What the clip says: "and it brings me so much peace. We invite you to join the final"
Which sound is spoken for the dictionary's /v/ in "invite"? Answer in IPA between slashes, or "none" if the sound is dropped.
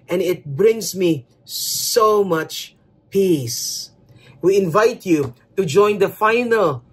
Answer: /v/